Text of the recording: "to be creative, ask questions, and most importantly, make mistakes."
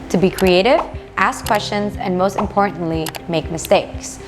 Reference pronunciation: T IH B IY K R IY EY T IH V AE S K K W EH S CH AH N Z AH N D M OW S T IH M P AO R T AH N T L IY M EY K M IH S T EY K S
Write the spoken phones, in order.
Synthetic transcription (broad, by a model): T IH B IY K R IY EY T IH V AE S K K W EH S CH AH N Z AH N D M OW S T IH M P AO R T N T L IY M EY K M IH S T EY K S